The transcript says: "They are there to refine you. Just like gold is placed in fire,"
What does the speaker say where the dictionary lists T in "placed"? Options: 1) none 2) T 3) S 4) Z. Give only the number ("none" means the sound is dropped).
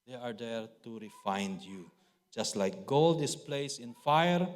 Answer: 1